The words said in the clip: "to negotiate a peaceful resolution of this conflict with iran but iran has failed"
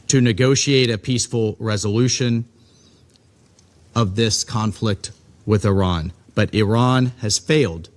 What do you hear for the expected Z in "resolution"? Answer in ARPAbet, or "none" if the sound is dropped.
Z